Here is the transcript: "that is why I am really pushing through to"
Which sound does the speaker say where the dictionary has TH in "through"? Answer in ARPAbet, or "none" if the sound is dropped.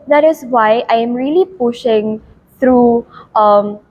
T